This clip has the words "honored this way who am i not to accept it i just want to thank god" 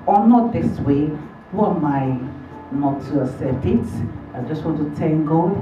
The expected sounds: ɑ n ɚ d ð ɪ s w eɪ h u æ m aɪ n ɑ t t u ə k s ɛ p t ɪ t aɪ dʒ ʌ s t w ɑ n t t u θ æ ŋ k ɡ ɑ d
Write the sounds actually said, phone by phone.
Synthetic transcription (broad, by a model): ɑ n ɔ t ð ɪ s w eɪ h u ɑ m aɪ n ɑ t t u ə s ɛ t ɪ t aɪ dʒ ʌ s t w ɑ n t t u t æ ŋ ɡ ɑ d